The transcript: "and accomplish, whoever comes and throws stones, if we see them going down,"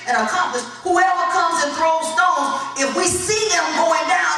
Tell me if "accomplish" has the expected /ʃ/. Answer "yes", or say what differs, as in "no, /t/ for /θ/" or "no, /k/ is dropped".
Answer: no, /s/ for /ʃ/